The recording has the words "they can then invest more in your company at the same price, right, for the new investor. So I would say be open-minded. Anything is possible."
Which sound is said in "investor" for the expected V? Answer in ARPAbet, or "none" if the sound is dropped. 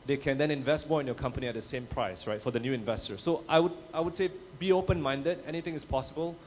V